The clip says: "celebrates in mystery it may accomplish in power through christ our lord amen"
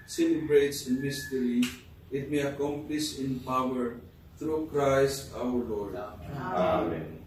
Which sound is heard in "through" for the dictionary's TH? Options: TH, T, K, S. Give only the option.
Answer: T